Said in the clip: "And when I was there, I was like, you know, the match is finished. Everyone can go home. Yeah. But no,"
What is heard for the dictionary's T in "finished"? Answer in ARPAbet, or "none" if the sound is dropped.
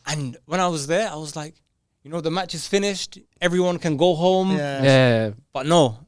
T